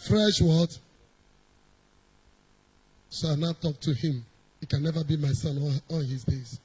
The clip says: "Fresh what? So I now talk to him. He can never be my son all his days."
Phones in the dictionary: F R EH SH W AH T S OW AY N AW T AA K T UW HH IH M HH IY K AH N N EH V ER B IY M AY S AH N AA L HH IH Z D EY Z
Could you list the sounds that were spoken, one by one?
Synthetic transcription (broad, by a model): F R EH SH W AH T S OW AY N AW T AA K T UW HH IH M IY K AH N N EH V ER B IY M AY S AH N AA N HH IH Z D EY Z